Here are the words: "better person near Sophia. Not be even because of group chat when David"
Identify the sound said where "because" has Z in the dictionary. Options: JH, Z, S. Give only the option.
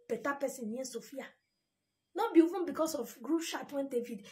S